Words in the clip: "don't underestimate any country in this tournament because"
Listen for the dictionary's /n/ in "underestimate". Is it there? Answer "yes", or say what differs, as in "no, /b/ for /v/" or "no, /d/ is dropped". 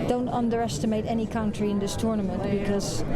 yes